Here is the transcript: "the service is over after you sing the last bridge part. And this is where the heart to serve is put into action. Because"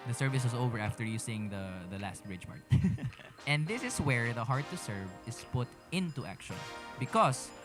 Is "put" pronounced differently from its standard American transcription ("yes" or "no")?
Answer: no